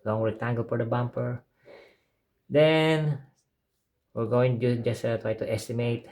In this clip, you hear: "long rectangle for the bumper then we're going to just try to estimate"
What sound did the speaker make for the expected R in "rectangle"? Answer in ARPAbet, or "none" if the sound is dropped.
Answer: W